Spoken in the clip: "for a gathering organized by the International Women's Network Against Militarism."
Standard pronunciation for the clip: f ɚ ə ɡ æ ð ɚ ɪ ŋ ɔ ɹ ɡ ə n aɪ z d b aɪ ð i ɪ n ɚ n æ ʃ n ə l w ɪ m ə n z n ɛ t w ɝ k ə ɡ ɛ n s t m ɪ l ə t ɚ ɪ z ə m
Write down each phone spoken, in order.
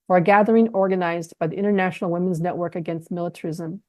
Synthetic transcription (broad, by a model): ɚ ə ɡ æ ð ɚ ɪ ŋ ɔ ɹ ɡ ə n aɪ z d b aɪ ð i ɪ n ɚ n æ ʃ n l w ɪ m ə n z n ɛ t w ɝ k ə ɡ ɛ n s t m ɪ l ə t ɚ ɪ z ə m